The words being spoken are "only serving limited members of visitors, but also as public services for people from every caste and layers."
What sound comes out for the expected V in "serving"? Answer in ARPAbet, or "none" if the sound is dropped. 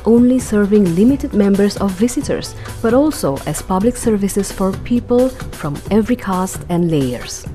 V